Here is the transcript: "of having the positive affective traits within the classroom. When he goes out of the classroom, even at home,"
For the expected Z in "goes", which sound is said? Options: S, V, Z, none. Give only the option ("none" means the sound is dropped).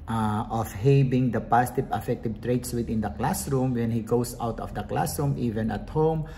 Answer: S